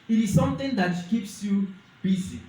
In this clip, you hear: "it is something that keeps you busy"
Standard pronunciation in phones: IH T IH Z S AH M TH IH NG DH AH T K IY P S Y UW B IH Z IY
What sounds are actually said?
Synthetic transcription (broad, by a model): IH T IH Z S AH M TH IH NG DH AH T K IY P S Y UW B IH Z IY